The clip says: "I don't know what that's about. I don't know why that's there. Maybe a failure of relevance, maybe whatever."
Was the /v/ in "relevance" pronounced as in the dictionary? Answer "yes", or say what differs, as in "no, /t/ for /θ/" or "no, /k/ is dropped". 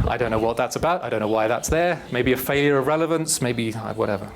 yes